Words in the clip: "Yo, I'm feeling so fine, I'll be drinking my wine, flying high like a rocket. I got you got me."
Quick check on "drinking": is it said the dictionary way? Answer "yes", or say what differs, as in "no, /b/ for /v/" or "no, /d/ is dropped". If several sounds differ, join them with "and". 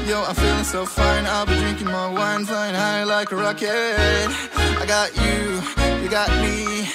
yes